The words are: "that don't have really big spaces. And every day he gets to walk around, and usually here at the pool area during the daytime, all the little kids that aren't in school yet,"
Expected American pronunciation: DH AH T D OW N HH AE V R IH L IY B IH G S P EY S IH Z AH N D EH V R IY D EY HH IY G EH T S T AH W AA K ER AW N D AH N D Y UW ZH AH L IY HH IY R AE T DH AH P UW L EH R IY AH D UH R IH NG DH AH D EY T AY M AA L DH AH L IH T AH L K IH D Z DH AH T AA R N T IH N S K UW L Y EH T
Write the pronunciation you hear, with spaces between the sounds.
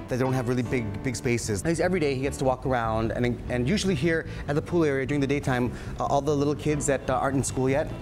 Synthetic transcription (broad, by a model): DH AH T D OW N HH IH V R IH L IY B IH G S P EY S IH Z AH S EH V R IY D EY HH IY G EH T S T AH W AA K ER AW N D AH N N Y UW ZH L IY HH IY R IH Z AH P UW L EH R IY AH D UH R IH NG DH AH D EY T AY M AA L DH AH L IH T L K IH D Z DH AH T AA R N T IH N S K UW L Y EH T